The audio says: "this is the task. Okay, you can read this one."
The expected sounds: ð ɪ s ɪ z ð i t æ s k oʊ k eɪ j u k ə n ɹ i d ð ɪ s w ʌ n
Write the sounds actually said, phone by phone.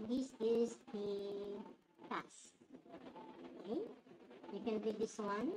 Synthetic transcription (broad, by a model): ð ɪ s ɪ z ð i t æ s oʊ k eɪ j u k ə n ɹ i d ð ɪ s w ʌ n